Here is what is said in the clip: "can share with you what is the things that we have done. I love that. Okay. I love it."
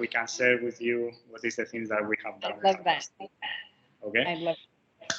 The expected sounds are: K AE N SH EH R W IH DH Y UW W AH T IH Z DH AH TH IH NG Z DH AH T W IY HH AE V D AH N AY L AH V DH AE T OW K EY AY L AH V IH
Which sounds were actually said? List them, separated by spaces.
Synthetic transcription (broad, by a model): K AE N S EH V W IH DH Y UW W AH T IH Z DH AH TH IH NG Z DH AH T W IY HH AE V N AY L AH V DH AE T OW K EY AY L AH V